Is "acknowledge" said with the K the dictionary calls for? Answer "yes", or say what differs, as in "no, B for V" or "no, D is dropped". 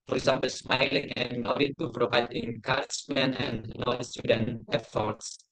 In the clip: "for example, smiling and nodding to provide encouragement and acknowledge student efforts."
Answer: no, K is dropped